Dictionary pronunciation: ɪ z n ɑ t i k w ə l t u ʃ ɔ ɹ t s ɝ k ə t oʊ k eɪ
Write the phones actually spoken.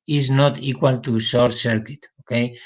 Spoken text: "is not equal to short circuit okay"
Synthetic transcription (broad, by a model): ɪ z n ɑ t i k w ə l t u s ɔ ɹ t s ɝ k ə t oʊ k eɪ